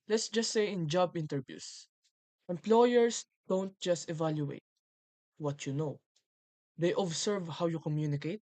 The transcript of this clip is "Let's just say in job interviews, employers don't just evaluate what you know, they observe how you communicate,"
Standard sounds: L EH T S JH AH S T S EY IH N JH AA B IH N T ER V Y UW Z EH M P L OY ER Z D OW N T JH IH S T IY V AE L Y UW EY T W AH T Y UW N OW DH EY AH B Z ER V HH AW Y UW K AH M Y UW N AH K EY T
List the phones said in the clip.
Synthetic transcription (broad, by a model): L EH T S JH AH S T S EY IH N JH AA B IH N T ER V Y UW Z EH M P L OY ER S D OW N T JH IH S T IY V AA L Y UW EY T W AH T Y UW N OW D EY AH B S ER V HH AW Y UW K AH M Y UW N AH K EY T